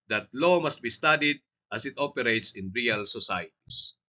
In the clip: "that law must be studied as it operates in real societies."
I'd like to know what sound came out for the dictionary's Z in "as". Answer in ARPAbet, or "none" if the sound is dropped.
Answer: S